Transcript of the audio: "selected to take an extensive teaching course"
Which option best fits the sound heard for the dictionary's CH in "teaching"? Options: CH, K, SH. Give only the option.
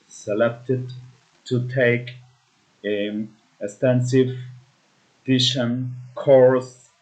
SH